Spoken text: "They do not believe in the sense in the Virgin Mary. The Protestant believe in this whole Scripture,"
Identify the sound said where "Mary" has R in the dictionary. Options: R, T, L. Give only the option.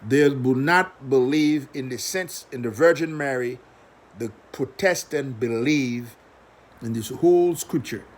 R